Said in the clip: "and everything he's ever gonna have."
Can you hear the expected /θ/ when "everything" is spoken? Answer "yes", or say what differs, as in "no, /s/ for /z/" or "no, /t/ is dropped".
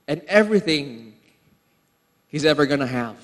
yes